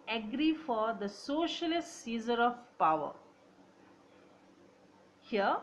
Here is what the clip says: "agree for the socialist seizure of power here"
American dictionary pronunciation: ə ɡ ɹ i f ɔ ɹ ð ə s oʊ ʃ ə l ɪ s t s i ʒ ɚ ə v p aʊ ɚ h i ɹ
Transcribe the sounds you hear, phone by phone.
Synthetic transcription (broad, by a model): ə ɡ ɹ i f ɔ ɹ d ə s oʊ ʃ ə l ɪ s t s i z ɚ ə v p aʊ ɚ h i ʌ